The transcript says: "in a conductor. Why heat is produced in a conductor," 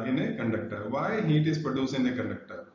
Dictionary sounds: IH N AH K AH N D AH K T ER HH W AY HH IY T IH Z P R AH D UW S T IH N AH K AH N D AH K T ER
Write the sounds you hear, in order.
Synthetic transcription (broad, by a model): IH N AH K AH N D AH K T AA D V AY HH IY T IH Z P R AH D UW S IH N AH K AH N D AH K T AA